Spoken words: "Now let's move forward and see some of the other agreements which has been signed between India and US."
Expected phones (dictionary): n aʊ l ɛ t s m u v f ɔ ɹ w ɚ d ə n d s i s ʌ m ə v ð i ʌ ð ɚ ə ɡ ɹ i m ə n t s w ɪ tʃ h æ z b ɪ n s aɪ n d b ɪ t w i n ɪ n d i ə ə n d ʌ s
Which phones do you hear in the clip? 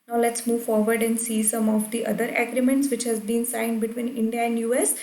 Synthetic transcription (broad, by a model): n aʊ l ɛ t s m u v f ɔ ɹ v ɚ d ə n d s i s ʌ m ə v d i ʌ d ɚ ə ɡ ɹ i m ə n t s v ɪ tʃ h æ z b ɪ n s aɪ n d b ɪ t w i n ɪ n d i ə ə n d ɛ s